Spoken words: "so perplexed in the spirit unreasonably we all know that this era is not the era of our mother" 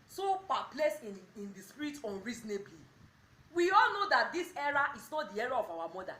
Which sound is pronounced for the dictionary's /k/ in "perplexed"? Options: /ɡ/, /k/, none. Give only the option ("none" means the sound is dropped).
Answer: none